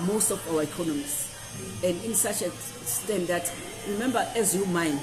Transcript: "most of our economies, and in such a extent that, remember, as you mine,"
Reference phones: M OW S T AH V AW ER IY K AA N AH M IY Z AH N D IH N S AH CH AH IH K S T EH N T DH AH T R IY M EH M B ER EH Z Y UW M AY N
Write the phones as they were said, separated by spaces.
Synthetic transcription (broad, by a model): M OW S T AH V AW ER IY K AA N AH M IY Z AH N D IH N S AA CH AH S T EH N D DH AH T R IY M EH M B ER EH Z Y UW M AY N